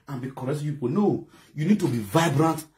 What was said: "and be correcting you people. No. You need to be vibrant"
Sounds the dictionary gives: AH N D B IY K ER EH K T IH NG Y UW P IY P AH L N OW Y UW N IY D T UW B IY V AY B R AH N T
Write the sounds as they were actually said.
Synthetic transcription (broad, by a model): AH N B IY K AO T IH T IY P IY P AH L N OW Y UW N IY D T UW B IY V AY B R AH N T